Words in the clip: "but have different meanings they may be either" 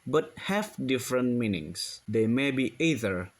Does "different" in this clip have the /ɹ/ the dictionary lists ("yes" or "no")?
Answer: yes